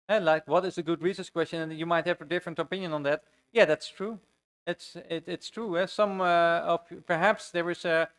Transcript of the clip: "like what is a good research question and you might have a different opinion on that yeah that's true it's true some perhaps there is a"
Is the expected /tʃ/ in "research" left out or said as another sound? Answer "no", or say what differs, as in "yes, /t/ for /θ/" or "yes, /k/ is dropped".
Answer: yes, /s/ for /tʃ/